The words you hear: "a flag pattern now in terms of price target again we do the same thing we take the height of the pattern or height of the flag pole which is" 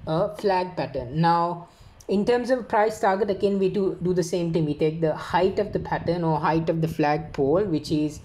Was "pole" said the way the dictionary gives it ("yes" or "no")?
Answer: yes